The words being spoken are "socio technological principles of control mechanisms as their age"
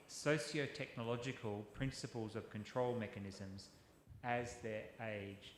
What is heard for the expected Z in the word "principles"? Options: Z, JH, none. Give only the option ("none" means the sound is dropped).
Z